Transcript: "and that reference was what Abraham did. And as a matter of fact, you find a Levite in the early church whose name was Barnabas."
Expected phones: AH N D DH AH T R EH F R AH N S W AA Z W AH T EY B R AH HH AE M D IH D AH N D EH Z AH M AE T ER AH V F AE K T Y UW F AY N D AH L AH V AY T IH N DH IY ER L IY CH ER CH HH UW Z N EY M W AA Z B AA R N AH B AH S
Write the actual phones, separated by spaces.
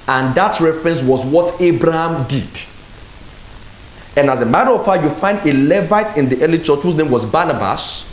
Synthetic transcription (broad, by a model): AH N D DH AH T R EH F R AH N S W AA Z W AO T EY B R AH HH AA M D IH D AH N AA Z AH M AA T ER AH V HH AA Y UW F AY N D AH L AH V AY T IH N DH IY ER L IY CH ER CH HH UW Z N EY M W AA Z B AA N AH B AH S